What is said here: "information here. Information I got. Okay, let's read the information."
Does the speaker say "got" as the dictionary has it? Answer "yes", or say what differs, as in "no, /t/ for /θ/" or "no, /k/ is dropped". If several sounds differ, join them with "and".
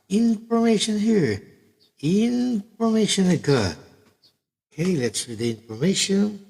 no, /t/ is dropped